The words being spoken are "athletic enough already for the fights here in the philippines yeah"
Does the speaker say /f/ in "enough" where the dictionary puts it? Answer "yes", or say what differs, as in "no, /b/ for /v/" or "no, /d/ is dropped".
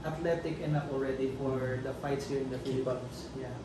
no, /p/ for /f/